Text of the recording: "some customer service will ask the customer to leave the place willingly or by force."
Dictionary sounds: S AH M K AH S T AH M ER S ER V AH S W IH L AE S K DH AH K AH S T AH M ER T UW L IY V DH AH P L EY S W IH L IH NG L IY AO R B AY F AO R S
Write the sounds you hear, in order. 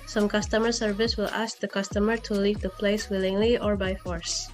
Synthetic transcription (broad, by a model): S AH M K AH S T AH M ER S ER V AH S W IH L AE S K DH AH K AH S T AH M ER T UW L IY V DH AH P L EY S W IH L IH NG L IY AO R B AY F AO R S